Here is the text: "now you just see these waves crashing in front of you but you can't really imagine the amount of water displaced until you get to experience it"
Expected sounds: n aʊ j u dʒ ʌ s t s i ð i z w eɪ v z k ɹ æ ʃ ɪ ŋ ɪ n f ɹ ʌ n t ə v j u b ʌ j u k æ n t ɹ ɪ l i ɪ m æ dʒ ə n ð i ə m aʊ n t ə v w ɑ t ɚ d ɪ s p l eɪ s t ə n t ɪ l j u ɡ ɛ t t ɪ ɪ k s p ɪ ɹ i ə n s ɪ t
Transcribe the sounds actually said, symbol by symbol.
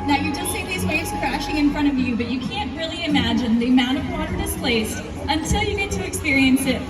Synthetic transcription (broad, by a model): n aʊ j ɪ dʒ ʌ s t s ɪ ð i z w eɪ z k ɹ æ ʃ ɪ ŋ ɪ n f ɹ ʌ t ə v j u b ʌ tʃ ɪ k æ n t ɹ ɪ l i ɪ m æ dʒ ə n ð i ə m aʊ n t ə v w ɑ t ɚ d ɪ s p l eɪ s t ə n t ɪ l j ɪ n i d t ɪ ɪ k s p ɪ ɹ i ə n s ɪ t